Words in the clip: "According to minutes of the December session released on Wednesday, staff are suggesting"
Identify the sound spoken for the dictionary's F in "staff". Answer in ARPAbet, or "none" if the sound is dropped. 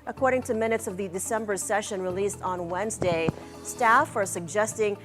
F